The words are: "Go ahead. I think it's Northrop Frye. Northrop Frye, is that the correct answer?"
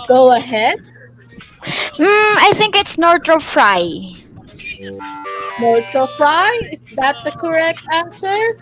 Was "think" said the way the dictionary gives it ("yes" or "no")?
yes